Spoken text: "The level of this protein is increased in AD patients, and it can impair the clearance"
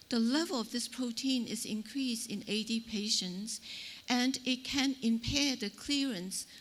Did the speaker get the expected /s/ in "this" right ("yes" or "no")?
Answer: yes